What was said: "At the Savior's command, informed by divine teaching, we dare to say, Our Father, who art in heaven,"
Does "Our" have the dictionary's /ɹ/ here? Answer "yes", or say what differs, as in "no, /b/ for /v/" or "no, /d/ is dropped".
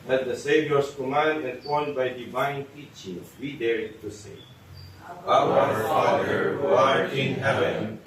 no, /w/ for /ɹ/